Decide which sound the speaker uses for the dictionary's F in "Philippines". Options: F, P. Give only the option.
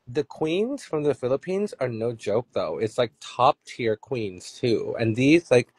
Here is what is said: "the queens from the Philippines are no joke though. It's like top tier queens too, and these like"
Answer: F